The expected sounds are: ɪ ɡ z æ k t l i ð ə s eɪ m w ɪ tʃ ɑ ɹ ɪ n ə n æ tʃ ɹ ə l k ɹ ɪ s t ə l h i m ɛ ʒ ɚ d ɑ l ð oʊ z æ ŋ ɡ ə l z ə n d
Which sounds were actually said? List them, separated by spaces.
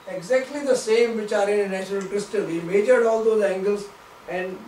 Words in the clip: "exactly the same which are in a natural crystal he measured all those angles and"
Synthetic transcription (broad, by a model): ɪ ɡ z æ k t l i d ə s eɪ m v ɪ tʃ ɑ ɹ ɪ n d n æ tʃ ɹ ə l k ɹ ɪ s t ə l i m ɛ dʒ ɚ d ɑ l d oʊ z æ ŋ ɡ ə l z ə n d